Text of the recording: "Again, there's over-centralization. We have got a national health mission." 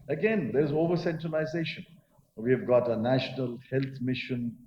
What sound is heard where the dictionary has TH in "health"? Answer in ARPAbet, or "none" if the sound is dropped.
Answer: T